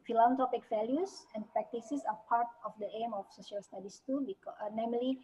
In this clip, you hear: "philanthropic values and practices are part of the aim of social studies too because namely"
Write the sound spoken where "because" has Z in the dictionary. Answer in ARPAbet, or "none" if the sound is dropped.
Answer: none